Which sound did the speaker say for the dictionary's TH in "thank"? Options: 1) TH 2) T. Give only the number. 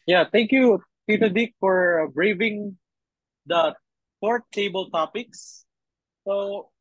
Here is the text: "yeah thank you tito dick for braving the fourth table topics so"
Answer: 2